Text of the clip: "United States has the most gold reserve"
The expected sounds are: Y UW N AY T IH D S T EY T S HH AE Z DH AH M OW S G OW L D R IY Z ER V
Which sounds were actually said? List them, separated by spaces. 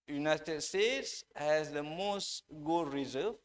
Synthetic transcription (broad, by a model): Y UW N AY T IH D S T EY T S HH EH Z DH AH M OW S G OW D R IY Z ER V